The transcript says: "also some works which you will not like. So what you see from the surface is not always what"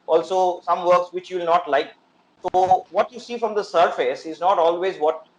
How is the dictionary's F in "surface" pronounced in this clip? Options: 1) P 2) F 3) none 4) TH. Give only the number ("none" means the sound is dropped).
2